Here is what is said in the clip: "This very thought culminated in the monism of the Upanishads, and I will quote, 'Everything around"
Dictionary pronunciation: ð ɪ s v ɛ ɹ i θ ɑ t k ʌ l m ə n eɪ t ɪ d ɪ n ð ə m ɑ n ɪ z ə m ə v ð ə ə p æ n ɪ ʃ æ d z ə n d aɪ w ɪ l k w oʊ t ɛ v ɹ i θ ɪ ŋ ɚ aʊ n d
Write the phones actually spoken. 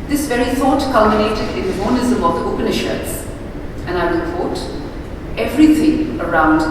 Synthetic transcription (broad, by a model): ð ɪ s v ɛ ɹ i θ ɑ t k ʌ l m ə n eɪ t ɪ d ɪ n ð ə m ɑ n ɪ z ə m ə v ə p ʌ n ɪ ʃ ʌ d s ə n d aɪ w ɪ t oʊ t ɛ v ɹ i t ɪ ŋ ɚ aʊ n d